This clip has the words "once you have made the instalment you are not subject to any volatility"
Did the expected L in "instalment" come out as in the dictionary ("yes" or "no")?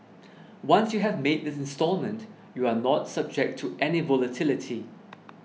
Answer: yes